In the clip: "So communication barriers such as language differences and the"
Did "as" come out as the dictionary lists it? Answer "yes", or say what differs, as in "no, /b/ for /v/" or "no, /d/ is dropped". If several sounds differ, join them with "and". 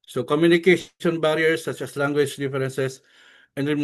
no, /s/ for /z/